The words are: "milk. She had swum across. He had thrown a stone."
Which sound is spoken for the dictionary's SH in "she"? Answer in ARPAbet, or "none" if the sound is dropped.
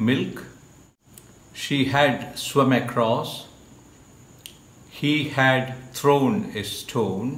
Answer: SH